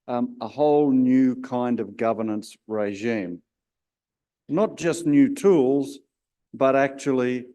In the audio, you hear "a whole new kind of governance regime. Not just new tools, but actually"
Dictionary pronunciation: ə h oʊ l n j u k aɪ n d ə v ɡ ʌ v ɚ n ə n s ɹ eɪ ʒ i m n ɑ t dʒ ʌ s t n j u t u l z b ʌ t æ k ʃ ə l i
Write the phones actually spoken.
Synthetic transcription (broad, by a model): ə h oʊ l n j u k aɪ n d ə v ɡ ʌ v ɚ n ə n s ɹ eɪ ʒ i m n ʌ t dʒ ʌ s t n j u t u l z b ʌ t æ k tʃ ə l i